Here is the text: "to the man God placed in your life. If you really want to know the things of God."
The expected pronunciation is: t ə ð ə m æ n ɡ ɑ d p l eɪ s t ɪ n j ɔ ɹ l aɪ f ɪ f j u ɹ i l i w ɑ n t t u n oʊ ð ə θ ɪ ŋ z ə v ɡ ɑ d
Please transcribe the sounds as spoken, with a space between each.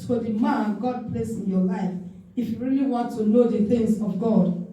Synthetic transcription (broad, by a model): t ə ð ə m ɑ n ɡ ɑ d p l eɪ s ɪ n j ɔ l aɪ f ɪ f j u ɹ i l i w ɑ n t t u n oʊ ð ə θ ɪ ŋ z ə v ɡ ɑ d